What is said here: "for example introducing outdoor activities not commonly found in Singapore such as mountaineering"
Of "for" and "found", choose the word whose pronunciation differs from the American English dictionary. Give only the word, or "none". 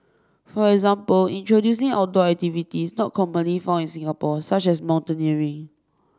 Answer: found